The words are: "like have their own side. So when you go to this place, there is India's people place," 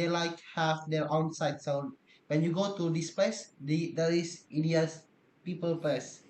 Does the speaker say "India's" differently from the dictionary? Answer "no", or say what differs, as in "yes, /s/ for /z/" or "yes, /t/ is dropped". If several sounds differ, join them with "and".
yes, /s/ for /z/